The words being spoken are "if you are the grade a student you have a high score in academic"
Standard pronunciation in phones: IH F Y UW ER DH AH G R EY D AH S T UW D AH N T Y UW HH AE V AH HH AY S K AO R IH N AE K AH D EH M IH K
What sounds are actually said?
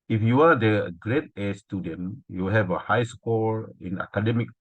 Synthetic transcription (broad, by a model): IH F Y UW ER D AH G R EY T AH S T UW D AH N Y UW HH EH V AH HH AY S K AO L IH N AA K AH D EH M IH K